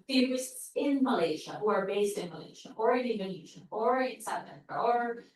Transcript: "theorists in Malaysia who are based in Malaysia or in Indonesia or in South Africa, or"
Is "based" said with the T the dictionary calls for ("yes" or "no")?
yes